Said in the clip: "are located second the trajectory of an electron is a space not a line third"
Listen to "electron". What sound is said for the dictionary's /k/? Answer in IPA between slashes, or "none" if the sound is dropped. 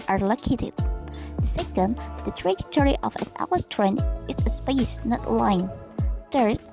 none